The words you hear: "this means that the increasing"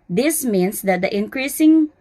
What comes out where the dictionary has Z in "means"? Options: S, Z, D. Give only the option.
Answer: S